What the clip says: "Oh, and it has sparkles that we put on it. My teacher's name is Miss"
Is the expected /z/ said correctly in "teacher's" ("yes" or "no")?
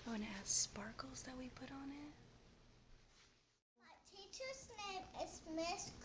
no